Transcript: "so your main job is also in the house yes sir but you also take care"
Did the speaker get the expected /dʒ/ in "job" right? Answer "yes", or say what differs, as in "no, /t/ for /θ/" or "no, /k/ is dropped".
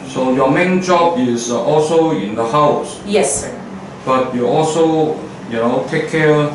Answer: yes